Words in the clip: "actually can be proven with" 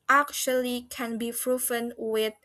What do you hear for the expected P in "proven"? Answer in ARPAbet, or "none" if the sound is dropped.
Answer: F